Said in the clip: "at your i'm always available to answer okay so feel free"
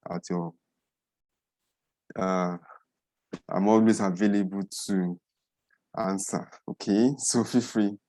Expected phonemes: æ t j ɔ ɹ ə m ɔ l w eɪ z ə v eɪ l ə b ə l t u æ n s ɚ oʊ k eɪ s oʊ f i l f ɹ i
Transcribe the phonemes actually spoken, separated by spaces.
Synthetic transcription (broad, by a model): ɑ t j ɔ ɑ ə m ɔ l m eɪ s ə v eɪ l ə b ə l t u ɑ n s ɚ oʊ k eɪ s oʊ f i f ɹ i